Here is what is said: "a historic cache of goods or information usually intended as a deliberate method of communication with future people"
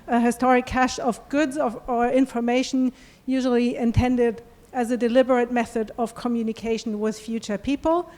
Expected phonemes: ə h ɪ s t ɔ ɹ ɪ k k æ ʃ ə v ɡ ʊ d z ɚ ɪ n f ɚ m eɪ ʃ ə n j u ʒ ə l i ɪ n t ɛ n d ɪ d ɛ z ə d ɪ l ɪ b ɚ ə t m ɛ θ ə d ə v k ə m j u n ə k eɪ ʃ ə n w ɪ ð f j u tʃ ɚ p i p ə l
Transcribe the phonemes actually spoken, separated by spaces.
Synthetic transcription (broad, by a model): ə h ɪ s t ɔ ɹ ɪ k k æ ʃ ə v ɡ ʊ d z ɚ ɪ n f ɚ m eɪ ʃ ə n j u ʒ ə l i ɪ n t ɛ n d ɪ d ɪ z ə d ɪ l ɪ b ɚ ə t m ɛ θ ə d ə v k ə m j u n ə k eɪ ʃ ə n w ɪ ð f j u tʃ ɚ p i p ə l